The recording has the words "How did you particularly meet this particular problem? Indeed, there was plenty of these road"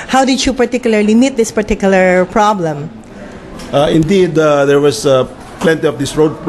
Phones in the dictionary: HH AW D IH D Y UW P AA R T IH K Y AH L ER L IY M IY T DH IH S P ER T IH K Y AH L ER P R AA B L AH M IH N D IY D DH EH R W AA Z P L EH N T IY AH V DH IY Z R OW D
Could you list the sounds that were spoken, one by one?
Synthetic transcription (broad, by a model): HH AW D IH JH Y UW P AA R T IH K Y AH L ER L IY M IY T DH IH S P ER T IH K Y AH L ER P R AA B L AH M IH N D IY D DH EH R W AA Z P L EH N T IY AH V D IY S R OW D